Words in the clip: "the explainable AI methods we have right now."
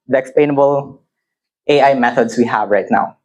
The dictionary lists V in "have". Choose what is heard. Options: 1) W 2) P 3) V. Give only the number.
3